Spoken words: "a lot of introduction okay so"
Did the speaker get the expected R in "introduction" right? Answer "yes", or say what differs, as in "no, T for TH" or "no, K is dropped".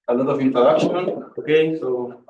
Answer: no, R is dropped